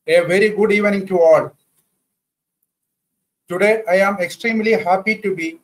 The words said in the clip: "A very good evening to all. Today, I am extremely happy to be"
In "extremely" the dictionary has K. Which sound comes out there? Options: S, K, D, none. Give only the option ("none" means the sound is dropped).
K